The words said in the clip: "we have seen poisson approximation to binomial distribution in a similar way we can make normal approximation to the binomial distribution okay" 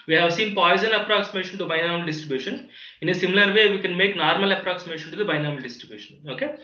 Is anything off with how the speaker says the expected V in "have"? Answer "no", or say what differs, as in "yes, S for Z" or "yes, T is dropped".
no